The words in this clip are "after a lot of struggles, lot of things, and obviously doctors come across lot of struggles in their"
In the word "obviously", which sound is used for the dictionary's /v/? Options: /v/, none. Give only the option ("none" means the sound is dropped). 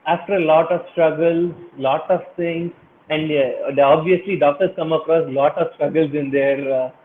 /v/